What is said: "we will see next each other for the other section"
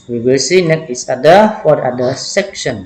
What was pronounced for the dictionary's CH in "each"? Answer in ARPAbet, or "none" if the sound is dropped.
S